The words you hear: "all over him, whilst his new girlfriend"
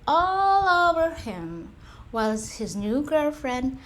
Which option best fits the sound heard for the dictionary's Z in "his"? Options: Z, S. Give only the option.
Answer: Z